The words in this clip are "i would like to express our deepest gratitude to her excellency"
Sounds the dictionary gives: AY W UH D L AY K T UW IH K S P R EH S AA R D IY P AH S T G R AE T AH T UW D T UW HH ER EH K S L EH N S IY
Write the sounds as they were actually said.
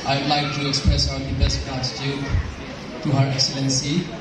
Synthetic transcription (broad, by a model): AY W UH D L AY K T UW IH K S P R EH S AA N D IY B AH S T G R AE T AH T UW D T UW HH ER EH K S L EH N S IY